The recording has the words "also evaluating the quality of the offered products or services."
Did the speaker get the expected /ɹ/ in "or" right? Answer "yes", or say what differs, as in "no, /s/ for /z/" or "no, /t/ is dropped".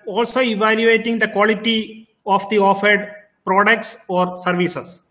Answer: yes